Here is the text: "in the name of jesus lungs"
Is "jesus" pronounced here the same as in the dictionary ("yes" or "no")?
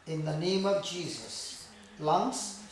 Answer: yes